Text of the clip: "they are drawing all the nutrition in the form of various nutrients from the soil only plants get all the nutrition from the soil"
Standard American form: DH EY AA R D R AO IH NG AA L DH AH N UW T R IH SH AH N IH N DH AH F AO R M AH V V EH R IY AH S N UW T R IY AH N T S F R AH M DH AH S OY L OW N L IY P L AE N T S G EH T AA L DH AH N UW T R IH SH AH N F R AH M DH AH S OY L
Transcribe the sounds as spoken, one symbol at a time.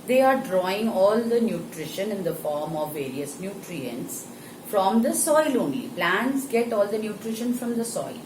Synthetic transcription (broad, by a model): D EY AA R D R AO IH NG AA L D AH N UW T R IH SH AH N IH N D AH F AO R M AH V V EH R IY AH S N UW T R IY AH N T S F R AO M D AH S OY L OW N IY P L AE N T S G EH T AA L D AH N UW T R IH SH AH N F R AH M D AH S OY L